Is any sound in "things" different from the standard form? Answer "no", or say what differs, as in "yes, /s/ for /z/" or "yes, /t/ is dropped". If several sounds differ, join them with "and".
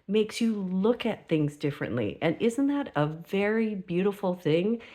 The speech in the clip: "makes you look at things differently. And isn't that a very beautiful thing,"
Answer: no